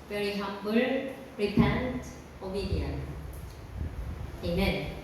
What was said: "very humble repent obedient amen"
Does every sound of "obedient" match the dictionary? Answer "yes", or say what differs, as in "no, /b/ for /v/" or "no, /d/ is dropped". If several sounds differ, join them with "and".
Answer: no, /t/ is dropped